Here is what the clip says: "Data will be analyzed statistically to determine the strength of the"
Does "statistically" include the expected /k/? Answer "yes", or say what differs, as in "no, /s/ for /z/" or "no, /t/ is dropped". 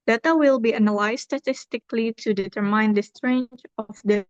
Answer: yes